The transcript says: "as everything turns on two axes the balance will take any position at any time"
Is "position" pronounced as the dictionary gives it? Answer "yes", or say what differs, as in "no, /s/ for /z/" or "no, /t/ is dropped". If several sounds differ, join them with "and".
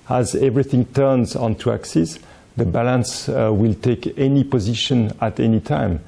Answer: yes